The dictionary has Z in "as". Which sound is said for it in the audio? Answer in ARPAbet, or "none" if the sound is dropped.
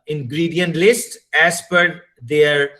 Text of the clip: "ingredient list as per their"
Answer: S